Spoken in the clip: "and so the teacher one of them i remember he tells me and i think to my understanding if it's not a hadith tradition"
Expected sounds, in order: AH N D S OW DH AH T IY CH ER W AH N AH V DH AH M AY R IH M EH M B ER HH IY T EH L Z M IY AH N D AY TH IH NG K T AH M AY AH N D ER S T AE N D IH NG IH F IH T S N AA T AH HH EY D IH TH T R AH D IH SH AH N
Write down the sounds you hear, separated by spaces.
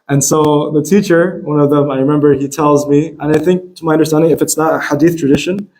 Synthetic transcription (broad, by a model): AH N S OW DH AH T IY CH ER W AH N AH V DH AH M AY R IH M EH M B ER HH IY T EH L Z M IY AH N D AY TH IH NG K T AH M AY AH N D ER S T AE N D IH NG IH F IH T S N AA T AH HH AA D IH TH T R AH D IH SH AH N